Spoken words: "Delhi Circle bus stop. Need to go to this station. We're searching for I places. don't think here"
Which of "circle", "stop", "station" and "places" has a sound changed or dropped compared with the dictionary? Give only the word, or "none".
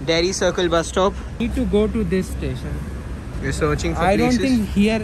places